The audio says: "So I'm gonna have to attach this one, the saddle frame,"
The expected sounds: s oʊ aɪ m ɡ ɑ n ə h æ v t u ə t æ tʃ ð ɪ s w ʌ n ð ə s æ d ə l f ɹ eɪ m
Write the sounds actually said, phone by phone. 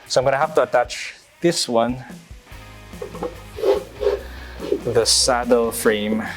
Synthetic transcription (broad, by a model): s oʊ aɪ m ɡ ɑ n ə h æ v t u ə t æ tʃ ð ɪ s w ʌ n ð ə s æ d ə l f ɹ eɪ m